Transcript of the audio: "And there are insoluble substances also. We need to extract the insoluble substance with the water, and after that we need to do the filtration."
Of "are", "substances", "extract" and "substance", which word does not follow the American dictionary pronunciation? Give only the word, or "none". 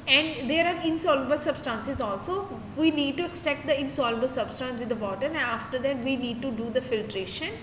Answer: extract